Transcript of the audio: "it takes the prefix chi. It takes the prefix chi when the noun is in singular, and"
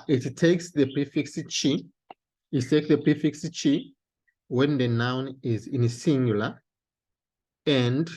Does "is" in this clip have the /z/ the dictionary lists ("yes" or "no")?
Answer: yes